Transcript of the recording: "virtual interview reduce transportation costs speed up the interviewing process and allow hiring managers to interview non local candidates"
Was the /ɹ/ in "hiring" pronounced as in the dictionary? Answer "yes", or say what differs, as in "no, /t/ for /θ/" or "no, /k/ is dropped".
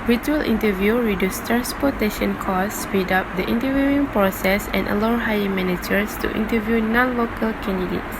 no, /ɹ/ is dropped